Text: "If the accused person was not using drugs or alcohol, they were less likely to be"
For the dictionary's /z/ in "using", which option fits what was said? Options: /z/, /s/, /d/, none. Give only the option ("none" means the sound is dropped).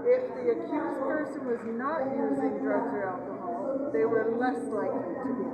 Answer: /z/